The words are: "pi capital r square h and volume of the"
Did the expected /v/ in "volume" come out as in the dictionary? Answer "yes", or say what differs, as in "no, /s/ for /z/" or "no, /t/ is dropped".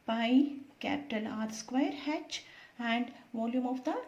yes